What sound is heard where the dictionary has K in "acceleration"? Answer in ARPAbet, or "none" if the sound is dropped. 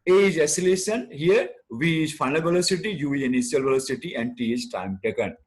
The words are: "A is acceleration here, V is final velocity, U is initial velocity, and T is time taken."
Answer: none